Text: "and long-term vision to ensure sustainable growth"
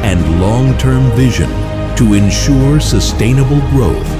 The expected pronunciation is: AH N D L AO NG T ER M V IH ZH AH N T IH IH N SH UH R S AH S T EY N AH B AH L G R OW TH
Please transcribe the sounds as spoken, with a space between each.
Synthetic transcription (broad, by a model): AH N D L AO NG T ER M V IH ZH AH N T IH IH N SH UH R S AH S T EY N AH B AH L G R OW TH